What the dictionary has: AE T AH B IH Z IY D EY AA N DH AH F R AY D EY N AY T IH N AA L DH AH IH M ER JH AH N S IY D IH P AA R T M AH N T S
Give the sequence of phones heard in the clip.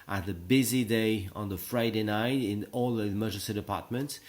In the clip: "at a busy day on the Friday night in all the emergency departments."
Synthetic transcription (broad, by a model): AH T AH B IH Z IY D EY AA N DH AH F R AY D EY N AY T IH N AA L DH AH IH M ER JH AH S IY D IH P AA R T M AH N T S